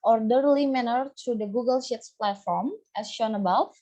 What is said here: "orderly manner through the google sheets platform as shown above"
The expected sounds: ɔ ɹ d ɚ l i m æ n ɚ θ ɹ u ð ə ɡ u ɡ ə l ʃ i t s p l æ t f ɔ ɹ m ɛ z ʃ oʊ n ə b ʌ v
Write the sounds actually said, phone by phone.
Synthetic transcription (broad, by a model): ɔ ɹ d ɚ l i m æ n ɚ t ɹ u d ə ɡ u ɡ ə l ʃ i t s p l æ t f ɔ ɹ m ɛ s ʃ oʊ n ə b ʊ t